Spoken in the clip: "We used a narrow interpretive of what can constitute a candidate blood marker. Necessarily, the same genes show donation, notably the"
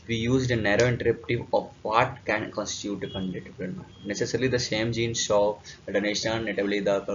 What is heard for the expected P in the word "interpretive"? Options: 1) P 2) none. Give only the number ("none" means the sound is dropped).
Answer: 2